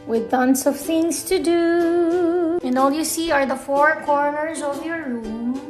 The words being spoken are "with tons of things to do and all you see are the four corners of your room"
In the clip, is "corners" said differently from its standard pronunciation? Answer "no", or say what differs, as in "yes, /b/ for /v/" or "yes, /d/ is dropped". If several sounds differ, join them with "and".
no